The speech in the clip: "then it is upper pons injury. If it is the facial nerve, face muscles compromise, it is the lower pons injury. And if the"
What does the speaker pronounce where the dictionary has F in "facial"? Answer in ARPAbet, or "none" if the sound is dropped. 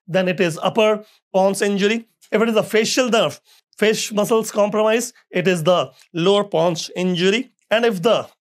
F